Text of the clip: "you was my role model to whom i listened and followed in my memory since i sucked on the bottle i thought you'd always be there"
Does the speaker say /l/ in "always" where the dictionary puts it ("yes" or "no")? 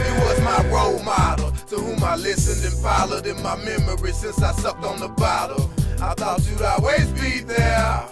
no